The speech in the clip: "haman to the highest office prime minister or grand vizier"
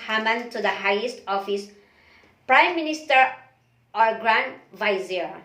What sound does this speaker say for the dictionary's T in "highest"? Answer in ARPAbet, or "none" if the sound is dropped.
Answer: T